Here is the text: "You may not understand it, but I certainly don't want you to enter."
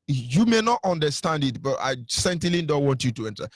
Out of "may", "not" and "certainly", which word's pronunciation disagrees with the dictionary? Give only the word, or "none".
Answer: certainly